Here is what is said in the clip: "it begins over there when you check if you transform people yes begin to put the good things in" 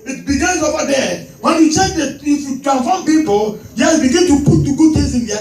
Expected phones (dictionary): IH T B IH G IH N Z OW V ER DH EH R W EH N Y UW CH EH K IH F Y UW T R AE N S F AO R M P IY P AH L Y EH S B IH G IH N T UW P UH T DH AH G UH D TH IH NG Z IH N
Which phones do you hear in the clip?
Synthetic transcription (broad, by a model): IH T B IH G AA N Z OW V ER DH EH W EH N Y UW CH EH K IH F Y UW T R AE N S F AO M P IY P AH L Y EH B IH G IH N T UW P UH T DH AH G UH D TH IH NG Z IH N